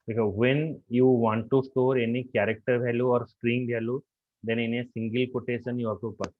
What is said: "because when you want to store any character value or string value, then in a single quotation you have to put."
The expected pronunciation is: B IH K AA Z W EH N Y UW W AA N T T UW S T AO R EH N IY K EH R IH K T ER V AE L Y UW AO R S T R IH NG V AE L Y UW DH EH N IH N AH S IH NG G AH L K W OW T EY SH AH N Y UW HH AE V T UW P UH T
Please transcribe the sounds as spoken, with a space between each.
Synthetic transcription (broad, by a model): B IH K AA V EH N Y UW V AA N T T UW S T AO R EH N IY K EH R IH K T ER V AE L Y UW AO R S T R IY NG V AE L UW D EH N IH N AH S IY NG G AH L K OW T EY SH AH N Y UW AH P T UW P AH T